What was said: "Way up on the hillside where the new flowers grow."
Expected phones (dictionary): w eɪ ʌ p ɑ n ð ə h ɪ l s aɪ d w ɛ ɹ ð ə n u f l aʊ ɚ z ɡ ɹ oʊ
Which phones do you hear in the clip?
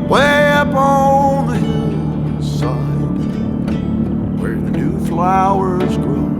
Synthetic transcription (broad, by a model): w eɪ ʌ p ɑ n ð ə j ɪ s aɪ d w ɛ ɹ ð ə n u f l aʊ ɚ z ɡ ɹ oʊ